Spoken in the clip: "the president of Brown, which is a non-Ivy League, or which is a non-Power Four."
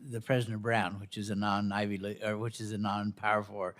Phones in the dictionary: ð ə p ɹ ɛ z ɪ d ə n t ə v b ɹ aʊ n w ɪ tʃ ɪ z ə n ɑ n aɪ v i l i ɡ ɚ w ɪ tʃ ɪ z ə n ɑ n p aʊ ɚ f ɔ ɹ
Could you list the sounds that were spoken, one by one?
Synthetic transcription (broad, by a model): ð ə p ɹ ɛ z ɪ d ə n b ɹ aʊ n w ɪ tʃ ɪ z ə n ɑ n aɪ v i l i ɚ w ɪ tʃ ɪ z ə n ɑ n p aʊ ɚ f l